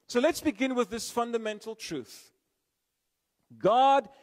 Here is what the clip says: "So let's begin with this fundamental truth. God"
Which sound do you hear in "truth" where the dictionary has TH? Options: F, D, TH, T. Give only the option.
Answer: TH